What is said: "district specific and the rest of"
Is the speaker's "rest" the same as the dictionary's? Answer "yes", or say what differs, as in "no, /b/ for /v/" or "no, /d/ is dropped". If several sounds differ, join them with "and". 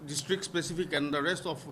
yes